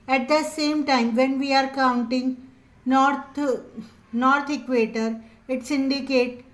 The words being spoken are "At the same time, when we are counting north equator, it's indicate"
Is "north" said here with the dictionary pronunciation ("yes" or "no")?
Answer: no